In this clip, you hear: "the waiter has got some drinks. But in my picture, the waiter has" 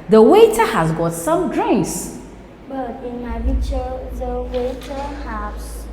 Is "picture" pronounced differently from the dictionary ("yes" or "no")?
yes